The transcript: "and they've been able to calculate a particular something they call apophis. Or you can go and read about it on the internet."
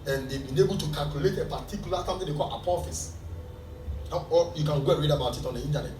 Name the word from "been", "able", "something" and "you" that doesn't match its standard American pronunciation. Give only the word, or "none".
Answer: something